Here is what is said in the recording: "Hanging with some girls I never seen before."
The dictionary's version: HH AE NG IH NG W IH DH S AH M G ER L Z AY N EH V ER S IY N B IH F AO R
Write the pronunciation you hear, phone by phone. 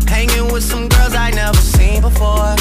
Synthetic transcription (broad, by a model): HH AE NG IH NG W IH DH S AH M G ER L Z AY N EH V ER S IY N B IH F AO R